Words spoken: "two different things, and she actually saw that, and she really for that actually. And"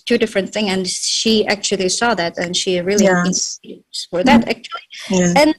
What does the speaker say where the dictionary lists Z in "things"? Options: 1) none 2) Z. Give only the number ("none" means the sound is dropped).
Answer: 1